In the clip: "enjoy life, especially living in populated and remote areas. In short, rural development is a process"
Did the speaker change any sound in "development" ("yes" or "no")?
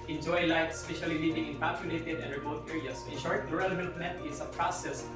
yes